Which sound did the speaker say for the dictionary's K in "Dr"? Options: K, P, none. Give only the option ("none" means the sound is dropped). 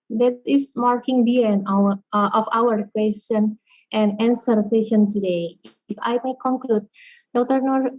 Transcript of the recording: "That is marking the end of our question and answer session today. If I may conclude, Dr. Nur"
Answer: none